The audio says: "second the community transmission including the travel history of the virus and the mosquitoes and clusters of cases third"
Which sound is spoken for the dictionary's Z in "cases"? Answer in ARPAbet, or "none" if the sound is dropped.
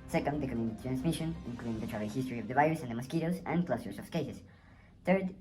S